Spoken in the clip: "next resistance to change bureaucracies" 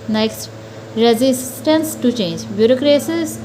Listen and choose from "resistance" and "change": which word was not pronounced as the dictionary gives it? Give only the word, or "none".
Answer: none